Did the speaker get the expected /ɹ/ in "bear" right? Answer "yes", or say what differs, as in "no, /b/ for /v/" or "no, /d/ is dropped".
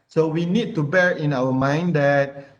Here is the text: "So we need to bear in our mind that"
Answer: yes